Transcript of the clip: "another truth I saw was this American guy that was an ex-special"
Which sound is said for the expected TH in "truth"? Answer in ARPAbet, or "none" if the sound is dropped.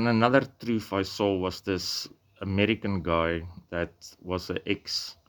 F